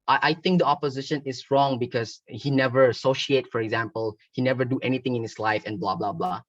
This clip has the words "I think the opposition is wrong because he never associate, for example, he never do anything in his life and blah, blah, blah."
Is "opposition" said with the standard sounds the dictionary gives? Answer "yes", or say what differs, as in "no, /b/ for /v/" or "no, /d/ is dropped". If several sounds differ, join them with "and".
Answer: yes